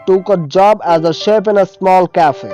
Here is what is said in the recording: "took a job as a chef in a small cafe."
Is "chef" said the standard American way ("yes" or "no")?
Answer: no